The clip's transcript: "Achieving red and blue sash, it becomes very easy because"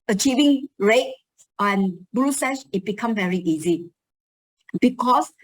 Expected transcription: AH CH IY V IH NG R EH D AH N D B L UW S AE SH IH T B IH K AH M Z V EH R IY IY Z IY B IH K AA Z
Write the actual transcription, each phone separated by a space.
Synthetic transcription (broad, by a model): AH CH IY V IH NG R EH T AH N B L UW S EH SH IH T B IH K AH M V EH R IY IY Z IY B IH K AA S